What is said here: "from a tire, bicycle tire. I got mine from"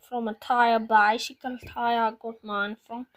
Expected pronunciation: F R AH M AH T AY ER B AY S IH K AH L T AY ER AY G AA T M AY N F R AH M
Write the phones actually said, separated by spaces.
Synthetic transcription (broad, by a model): F R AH M AH T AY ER B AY SH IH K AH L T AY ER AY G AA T M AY N F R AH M